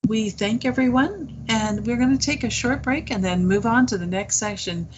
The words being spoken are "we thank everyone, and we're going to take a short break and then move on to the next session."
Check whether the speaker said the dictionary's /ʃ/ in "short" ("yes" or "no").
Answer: yes